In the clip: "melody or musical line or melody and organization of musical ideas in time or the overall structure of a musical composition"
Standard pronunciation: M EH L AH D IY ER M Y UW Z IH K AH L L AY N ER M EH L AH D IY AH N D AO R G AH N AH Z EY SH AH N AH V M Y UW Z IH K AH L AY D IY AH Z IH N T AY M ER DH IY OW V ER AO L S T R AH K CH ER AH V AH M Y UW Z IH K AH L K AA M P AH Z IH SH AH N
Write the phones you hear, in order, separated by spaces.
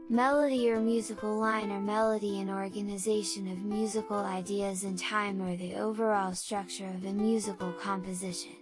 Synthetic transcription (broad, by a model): M EH L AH D IY ER M Y UW Z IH K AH L L AY N ER M EH L AH D IY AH N AO R G AH N AH Z EY SH AH N AH V M Y UW Z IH K L AY D IY AH Z IH N T AY M ER DH IY OW V ER AO L S T R AH K CH ER AH V AH M Y UW Z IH K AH L K AA M P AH Z IH SH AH N